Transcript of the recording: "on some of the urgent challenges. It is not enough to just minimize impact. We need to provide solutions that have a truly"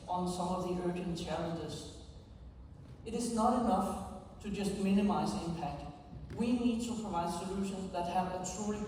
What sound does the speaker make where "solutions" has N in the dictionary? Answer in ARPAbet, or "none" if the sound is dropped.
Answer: N